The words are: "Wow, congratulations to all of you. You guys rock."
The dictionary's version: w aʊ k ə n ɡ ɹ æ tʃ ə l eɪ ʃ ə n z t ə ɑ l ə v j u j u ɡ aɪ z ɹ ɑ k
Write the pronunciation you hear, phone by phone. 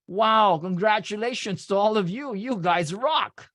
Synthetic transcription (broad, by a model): w aʊ k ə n ɡ ɹ æ tʃ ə l eɪ ʃ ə n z t ə ɑ l ə v j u j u ɡ aɪ z ɹ ɑ k